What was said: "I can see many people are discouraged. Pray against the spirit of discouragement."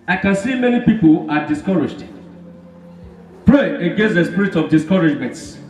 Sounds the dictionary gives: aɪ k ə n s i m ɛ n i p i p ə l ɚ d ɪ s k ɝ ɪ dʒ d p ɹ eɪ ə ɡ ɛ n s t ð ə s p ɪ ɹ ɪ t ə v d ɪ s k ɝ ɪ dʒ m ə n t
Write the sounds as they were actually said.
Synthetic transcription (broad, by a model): aɪ k ə n s i m ɛ n i p i p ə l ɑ d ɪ s k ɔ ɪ dʒ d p l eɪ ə ɡ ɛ n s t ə s p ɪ ɹ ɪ t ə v d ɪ s k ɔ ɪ dʒ m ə n t